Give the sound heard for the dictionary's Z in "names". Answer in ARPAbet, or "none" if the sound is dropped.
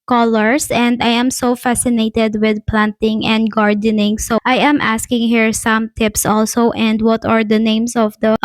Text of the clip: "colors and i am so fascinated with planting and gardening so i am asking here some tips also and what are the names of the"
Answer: S